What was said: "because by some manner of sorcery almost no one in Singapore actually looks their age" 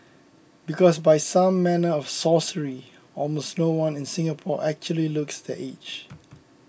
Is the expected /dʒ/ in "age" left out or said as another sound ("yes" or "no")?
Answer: yes